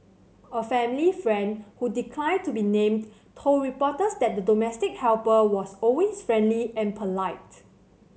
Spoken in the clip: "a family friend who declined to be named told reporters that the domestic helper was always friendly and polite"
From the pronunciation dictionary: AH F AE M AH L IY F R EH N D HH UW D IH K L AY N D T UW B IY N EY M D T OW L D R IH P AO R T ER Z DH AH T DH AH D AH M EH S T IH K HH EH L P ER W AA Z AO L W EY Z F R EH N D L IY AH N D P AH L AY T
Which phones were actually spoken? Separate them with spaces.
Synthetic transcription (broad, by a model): AH F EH M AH L IY F R EH N D HH UW D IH K L AY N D T UW B IY N EY M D T OW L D R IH P AO T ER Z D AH T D AH D AH M EH S T IH K HH EH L P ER W AA S AO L W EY S F R EH N D L IY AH N P AH L AY T